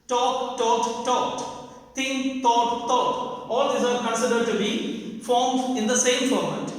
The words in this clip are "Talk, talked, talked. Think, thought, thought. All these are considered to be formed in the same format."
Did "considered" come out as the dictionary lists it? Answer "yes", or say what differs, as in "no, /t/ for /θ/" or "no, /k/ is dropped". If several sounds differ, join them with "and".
yes